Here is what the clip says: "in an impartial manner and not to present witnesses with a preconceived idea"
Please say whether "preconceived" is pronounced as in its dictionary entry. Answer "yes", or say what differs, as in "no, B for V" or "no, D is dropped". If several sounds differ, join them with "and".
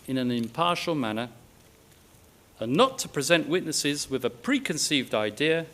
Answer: yes